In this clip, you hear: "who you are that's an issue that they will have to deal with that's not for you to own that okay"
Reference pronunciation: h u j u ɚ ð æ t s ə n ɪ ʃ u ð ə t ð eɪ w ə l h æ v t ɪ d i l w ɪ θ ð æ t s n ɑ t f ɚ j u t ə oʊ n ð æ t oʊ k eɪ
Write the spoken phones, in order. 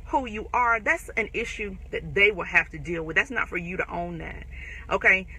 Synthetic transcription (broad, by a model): h u j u ɚ ð æ t s ə n ɪ ʃ u ð ə t ð eɪ w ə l h æ f t ɪ d i l w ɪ ð æ t s n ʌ t f ɚ j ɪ t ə oʊ n ð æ t oʊ k eɪ